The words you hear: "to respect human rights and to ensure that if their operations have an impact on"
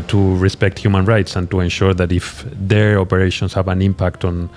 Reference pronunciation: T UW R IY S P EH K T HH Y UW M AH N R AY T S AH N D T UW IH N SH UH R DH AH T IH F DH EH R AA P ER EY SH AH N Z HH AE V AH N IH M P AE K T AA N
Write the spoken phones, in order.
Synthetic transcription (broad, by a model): T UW R IY S P EH K T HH Y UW M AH N R AY T S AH N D T UW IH N SH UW R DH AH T IH F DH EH R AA P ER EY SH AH N S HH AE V AH N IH M P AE K T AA N